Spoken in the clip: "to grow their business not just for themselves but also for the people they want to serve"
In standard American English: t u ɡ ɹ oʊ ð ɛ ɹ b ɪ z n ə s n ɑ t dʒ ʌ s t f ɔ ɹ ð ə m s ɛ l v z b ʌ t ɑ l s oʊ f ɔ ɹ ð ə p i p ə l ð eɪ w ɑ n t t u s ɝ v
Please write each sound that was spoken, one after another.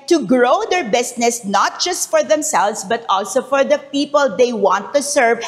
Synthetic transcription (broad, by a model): t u ɡ ɹ oʊ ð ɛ ɹ b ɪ s n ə s n ɑ t dʒ ʌ s t f ɔ ɹ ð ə m s ɛ l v s b ʌ t ɑ l s oʊ f ɔ ɹ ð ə p i p ə l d eɪ w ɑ n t t u s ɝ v